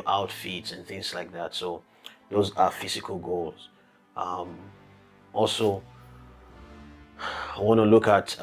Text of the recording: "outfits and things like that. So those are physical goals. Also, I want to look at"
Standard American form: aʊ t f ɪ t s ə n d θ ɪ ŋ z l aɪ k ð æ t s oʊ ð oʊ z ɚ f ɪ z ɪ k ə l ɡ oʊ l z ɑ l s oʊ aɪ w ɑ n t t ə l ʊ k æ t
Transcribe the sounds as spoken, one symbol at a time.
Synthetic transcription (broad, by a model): aʊ t f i t s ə n θ ɪ ŋ z l aɪ k ð æ t s oʊ ð oʊ z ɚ f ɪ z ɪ k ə l ɡ oʊ l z ɑ l s oʊ aɪ w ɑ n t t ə l ʊ k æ t